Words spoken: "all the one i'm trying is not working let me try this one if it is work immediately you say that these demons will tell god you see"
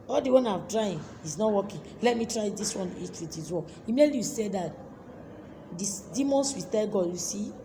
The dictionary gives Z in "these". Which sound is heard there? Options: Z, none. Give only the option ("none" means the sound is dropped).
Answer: none